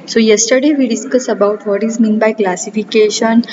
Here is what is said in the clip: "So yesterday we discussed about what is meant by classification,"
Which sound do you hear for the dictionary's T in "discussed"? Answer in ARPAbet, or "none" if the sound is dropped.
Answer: none